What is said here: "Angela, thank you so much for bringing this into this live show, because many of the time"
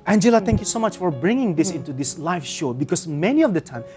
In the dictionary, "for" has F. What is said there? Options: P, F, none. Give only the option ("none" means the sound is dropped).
F